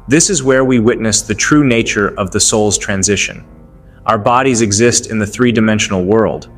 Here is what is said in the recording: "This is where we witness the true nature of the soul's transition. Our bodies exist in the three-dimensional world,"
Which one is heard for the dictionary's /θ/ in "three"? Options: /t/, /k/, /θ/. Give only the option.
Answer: /θ/